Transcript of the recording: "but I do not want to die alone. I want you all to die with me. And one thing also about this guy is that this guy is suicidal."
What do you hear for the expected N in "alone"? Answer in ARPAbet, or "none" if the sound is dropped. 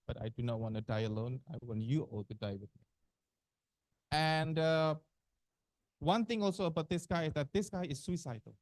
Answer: N